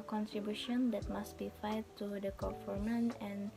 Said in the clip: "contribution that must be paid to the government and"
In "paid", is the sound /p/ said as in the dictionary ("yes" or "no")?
no